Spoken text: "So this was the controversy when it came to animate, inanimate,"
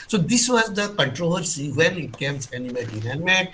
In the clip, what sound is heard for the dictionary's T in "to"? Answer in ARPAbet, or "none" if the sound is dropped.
S